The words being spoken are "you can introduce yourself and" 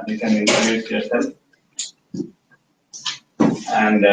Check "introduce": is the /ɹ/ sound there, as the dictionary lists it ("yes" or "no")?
no